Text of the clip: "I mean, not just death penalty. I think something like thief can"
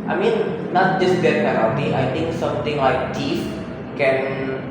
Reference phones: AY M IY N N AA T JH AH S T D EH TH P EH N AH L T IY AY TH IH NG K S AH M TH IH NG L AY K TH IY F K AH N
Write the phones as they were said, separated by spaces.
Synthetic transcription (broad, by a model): AY M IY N N AA T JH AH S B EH T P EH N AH T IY AY T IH NG K S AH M T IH NG L AY K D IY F K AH N